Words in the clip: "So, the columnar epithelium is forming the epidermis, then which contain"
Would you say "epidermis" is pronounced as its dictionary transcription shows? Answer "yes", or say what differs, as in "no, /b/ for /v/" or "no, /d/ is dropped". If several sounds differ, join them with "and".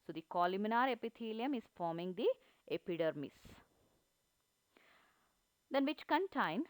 yes